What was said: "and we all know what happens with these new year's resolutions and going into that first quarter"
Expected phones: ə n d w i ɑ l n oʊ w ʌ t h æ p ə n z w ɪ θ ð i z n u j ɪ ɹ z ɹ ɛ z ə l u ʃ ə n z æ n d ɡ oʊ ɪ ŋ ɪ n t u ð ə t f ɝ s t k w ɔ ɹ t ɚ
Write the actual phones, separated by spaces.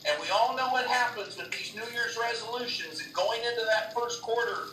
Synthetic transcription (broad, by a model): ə n w i ɑ l n oʊ w ʌ t h æ p ə n z w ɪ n ð i z n u j ɪ ɹ z ɹ ɛ z ə l u ʃ ə n z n ɡ oʊ ɪ ŋ ɪ n t u ð ə t f ɝ s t k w ɔ ɹ t ɚ